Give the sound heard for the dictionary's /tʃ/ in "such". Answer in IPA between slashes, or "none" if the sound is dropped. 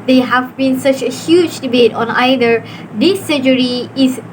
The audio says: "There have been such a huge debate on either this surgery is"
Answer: /tʃ/